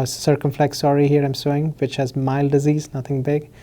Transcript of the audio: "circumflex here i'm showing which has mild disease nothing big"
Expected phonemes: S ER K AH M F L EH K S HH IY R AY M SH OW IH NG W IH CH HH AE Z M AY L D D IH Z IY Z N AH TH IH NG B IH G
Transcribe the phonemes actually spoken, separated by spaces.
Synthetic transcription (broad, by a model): S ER K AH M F L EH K S HH IY R AY M S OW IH NG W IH CH HH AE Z M AY L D D IH Z IY Z N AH T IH NG B IH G